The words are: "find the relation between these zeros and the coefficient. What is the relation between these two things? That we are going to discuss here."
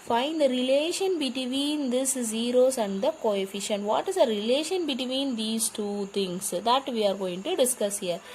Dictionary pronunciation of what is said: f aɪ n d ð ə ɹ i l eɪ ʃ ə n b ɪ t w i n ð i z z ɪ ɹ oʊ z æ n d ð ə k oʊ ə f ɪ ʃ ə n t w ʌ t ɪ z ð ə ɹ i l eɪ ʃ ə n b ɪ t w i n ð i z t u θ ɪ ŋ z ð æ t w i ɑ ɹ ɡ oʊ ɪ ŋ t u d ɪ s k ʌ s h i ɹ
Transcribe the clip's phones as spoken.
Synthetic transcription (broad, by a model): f aɪ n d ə ɹ i l eɪ ʃ ə n b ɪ t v i n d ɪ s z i ɹ oʊ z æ n d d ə k oʊ ə f ɪ ʃ ə n t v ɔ t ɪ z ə ɹ i l eɪ ʃ ə n b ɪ t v i n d i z t u t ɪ ŋ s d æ t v i ɑ ɹ ɡ oʊ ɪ ŋ t u d ɪ s k ʌ s h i ɹ